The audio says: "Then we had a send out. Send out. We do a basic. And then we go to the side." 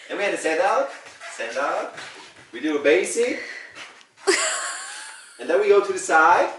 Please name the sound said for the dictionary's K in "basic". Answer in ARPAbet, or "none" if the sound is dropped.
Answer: none